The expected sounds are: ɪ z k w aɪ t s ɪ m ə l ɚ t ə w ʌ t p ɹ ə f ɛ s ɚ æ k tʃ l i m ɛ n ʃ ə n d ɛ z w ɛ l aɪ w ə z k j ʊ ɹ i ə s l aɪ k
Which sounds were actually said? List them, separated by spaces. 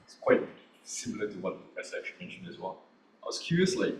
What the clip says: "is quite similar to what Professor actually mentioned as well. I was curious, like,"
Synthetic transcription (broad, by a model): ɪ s k w aɪ t s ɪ m l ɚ t ə w ʌ t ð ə p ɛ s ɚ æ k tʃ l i m ɛ n ʃ ə n d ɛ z w ɛ l aɪ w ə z k j ʊ ɹ i ə s l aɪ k